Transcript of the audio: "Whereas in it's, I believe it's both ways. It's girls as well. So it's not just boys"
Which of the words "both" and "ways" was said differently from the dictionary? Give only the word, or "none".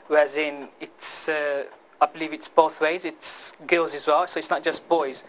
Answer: none